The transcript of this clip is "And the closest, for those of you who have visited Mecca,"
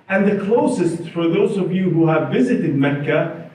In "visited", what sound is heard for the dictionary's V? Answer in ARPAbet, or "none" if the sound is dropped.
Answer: V